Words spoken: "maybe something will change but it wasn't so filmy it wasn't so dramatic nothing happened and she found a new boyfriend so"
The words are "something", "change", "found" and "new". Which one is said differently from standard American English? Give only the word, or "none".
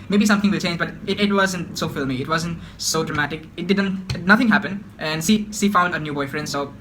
something